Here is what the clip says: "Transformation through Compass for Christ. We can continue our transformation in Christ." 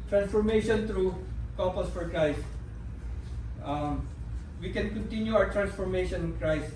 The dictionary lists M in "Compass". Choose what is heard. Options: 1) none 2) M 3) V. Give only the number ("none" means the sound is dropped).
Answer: 1